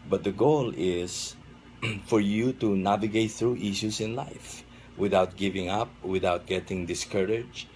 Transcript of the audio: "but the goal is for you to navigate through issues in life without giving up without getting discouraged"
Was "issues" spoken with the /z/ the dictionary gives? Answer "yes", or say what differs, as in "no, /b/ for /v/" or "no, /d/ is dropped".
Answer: no, /s/ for /z/